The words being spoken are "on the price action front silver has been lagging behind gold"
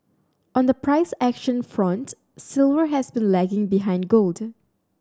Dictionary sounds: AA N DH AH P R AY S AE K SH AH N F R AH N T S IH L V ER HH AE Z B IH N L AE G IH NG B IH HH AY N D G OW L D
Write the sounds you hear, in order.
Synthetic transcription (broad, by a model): AA N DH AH P R AY S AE K SH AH N F R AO N T S IH L V ER HH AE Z B IH N L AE G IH NG B IH HH AY N D G OW L D